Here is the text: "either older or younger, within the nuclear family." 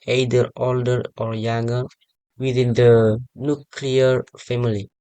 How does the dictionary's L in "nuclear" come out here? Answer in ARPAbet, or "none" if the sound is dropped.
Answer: L